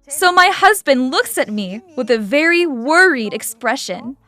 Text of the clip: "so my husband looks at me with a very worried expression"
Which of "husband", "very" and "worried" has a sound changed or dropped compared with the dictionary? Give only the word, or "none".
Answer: none